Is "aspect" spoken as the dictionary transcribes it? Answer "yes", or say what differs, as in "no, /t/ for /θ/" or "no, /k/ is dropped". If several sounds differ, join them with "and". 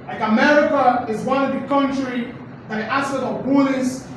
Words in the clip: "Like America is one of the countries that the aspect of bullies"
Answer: no, /p/ is dropped